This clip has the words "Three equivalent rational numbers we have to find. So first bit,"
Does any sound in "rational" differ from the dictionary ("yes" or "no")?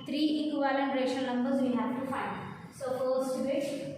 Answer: yes